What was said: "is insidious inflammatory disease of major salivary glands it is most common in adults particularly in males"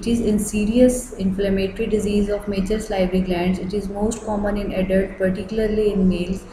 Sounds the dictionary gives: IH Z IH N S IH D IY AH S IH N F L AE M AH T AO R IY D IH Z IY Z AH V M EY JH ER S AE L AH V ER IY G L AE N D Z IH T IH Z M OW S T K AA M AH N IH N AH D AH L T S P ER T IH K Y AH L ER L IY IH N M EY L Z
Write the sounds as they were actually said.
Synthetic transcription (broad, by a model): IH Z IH N S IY D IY AH S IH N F L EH M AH T R IY D IH Z IY Z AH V M EY CH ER S L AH B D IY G L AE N D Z IH T IH Z M OW S T K AA M AH N IH N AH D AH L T P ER T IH K Y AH L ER L IY IH N M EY L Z